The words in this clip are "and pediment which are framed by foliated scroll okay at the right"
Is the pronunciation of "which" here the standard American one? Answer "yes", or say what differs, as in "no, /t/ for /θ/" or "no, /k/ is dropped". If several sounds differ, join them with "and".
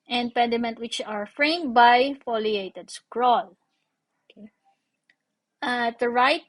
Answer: yes